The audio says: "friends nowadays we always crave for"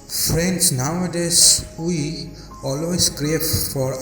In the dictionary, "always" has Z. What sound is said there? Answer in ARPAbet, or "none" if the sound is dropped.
S